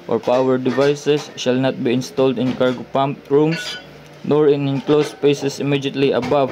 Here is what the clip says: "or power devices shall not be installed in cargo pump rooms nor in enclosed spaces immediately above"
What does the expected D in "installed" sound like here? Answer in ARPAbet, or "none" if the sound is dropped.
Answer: D